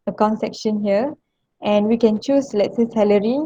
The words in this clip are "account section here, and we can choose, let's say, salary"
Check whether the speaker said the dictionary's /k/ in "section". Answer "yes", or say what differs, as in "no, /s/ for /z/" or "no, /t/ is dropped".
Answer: yes